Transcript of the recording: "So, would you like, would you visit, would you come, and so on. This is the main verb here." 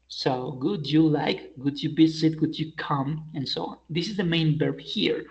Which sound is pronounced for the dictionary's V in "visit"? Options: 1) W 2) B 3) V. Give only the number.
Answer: 2